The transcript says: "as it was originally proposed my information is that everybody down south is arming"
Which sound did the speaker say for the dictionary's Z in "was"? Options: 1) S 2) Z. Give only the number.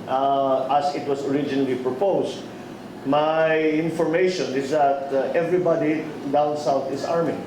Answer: 1